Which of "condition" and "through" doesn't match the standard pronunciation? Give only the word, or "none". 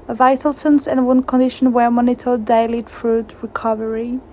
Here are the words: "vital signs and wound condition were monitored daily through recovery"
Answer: through